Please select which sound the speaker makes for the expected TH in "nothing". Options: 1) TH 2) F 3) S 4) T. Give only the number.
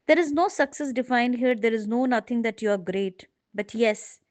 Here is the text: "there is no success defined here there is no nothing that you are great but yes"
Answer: 4